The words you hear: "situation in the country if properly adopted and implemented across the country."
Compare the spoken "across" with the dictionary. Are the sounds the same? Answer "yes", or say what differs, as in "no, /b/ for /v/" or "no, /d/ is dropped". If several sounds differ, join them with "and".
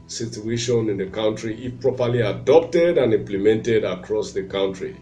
yes